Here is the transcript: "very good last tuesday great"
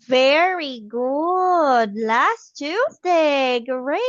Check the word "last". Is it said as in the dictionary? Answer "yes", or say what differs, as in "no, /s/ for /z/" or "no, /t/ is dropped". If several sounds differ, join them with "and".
yes